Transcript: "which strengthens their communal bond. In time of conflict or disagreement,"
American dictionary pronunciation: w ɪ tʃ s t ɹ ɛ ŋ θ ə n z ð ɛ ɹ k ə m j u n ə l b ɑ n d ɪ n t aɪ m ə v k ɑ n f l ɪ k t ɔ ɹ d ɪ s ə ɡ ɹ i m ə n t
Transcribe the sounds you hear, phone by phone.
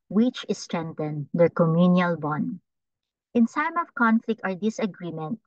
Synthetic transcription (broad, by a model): w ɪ tʃ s t ɹ ɛ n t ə n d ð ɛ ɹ k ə m j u n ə l b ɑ n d ɪ n s aɪ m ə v k ɑ n f l ɪ k t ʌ ɹ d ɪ s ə ɡ ɹ i m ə n t